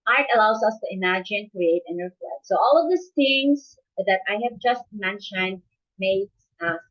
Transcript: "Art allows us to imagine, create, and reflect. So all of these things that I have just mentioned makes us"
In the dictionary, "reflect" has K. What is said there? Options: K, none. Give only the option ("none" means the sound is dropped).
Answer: none